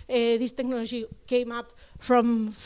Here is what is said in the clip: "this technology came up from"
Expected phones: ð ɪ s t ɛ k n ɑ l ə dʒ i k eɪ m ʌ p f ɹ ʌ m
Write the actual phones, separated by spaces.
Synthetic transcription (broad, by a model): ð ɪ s t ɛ k n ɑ l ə ʒ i k eɪ m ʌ p f ɹ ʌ m